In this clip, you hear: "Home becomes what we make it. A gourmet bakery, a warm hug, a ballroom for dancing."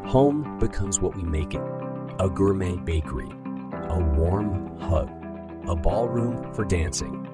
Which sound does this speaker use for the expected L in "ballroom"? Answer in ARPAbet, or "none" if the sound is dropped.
L